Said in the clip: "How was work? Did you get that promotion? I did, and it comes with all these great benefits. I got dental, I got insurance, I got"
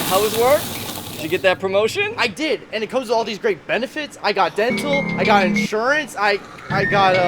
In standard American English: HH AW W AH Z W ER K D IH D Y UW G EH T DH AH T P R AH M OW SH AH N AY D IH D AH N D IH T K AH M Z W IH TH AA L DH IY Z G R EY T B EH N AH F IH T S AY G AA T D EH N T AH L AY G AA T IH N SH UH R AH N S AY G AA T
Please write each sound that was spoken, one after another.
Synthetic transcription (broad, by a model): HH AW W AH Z W ER K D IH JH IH G EH T DH AH T P R AH M OW SH AH N AY D IH D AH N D IH T K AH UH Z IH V AA L DH IY Z G R EY T B EH N AH F IH T S AY G AA T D EH N T L AY G AA T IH N SH UH R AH N S AY G AA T